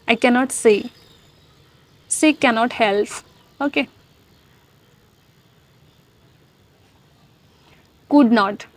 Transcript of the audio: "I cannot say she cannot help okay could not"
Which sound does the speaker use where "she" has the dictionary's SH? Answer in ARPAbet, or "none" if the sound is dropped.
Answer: S